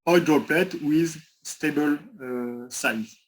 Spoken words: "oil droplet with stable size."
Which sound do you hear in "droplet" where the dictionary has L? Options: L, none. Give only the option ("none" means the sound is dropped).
L